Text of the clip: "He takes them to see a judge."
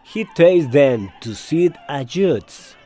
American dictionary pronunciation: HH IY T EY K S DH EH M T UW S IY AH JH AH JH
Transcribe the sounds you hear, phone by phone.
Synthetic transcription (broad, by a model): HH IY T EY S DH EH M T UW S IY AH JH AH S